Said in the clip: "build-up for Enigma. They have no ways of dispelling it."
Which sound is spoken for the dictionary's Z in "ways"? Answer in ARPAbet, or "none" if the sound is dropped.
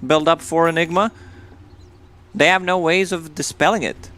Z